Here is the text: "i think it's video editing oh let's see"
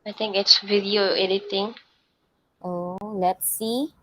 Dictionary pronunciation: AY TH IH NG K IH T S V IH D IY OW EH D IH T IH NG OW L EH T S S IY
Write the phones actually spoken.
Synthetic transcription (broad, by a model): AY T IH NG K IH T S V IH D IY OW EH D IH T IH NG OW L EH T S S IY